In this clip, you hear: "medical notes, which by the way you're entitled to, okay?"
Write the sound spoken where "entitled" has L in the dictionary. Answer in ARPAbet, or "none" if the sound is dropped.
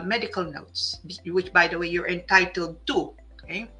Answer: L